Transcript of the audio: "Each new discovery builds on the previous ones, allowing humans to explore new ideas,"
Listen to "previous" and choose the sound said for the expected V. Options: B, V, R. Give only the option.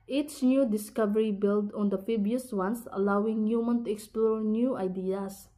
B